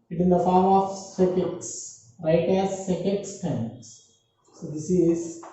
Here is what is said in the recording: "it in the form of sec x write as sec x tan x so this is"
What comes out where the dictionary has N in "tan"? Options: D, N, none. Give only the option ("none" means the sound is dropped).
none